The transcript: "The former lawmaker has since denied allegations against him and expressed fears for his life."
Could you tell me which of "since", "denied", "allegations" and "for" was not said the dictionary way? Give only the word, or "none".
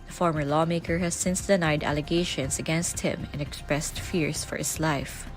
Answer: allegations